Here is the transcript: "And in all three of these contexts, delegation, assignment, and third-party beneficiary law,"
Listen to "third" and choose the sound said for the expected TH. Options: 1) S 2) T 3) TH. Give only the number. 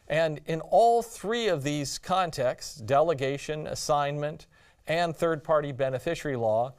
3